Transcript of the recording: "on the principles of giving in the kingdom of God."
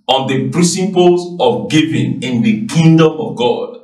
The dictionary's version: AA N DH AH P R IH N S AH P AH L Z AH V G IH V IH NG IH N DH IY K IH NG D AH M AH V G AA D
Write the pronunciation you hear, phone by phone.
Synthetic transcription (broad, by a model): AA N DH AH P R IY S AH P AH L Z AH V G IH V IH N IH N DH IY K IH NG D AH M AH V G AA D